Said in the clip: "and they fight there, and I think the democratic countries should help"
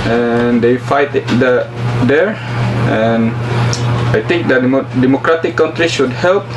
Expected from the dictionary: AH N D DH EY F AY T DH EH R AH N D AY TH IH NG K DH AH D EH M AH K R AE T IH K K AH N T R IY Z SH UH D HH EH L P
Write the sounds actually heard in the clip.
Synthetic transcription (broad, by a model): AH N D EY F AY T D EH R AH N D AY T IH NG K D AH D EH M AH K R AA T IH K K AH N T R IY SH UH D HH EH L P